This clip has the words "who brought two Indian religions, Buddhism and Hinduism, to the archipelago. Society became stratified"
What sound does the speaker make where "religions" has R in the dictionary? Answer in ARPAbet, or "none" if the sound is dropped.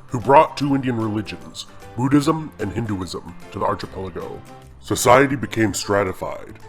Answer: R